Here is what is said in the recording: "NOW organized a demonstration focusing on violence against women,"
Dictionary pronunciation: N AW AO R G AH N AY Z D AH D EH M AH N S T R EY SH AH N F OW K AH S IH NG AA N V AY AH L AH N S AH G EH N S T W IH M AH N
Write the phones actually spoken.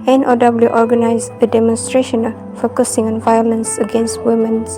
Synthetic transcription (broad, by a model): N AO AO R G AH N AY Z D AH D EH M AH N S T R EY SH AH N F OW K AH S IH NG AA N V AY AH L AH N S AH G EH N S T W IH M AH N